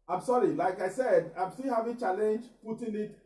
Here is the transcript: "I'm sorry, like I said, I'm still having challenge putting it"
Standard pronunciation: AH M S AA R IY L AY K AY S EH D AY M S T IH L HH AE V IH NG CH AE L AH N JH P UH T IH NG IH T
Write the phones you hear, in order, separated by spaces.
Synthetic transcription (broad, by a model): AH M S AA R IY L AY K AY S EH D AY M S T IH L HH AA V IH CH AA L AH N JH P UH T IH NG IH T